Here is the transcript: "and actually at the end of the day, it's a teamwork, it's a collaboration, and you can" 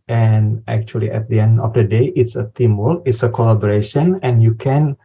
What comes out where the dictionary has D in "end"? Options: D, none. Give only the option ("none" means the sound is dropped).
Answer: D